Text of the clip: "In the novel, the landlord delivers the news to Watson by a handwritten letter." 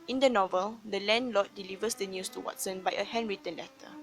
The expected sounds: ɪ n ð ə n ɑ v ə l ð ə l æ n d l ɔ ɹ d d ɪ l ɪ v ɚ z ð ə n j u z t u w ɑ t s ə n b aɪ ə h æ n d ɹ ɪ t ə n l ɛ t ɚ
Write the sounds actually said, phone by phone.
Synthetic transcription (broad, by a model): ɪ n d ə n ɑ v ə l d ə l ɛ n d l ɔ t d d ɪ l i v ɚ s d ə n j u s t u w ɑ t s ə n b aɪ ə h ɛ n ɹ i t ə n l ɛ t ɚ